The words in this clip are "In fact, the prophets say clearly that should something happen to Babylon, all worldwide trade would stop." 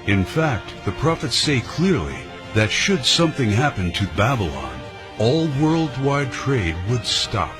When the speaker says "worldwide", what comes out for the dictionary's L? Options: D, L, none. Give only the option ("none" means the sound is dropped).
L